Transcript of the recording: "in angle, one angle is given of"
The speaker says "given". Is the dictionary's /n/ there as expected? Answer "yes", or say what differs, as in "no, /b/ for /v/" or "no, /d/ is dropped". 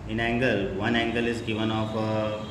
yes